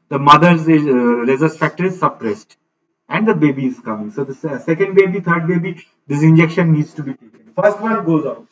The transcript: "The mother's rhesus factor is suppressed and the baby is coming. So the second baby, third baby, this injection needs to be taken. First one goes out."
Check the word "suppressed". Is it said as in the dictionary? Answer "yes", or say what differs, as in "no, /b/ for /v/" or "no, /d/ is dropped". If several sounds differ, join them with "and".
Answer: yes